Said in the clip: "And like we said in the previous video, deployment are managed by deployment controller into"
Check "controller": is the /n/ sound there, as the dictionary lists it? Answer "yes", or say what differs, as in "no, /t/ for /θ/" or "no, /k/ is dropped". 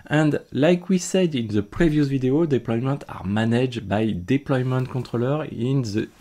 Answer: no, /n/ is dropped